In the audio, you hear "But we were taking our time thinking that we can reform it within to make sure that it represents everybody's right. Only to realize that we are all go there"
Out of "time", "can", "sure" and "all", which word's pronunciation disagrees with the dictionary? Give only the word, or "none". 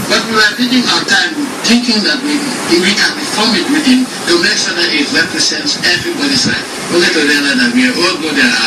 sure